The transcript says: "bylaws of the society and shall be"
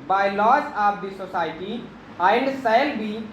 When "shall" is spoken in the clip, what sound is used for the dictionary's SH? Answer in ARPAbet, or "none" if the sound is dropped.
S